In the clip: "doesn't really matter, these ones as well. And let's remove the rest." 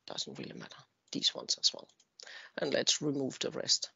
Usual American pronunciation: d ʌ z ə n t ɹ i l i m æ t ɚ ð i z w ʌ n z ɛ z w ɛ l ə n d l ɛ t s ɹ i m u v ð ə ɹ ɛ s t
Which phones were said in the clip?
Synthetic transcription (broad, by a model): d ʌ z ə n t ɹ i l i m æ t ɚ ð i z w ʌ n s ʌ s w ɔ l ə n l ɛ t s ɹ i m u v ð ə ɹ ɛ s t